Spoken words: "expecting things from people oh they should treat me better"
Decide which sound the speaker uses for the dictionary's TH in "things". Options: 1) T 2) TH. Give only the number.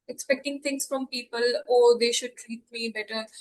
1